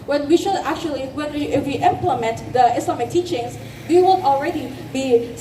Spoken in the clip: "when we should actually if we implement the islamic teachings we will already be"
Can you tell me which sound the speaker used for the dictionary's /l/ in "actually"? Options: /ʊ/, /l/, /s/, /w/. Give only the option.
/w/